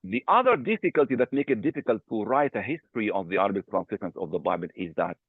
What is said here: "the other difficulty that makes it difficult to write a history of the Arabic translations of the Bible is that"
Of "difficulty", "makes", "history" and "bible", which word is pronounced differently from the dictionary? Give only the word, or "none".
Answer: makes